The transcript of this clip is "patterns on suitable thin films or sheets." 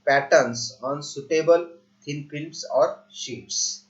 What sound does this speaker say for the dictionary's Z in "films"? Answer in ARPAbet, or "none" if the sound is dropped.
S